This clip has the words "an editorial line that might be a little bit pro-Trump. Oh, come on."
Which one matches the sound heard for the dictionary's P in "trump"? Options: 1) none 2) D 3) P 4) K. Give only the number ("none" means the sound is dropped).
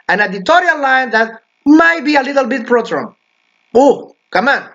1